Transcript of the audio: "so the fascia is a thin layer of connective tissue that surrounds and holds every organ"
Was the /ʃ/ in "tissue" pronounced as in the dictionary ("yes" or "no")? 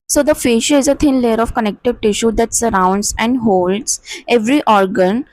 yes